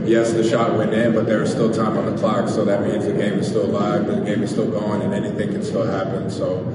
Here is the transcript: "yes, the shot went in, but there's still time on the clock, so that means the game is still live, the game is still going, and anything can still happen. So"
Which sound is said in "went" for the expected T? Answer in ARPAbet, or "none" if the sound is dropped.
none